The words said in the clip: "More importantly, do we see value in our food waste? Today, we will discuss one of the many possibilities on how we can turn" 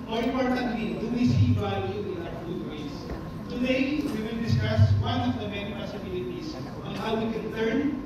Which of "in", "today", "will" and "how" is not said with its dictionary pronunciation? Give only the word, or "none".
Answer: in